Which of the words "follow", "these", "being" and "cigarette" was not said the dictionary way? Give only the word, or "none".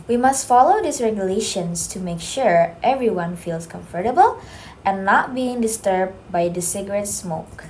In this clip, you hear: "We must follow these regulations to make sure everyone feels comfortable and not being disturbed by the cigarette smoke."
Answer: these